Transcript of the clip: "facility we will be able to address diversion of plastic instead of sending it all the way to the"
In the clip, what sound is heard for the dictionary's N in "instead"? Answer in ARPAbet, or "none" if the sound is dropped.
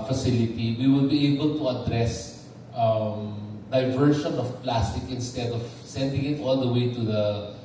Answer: N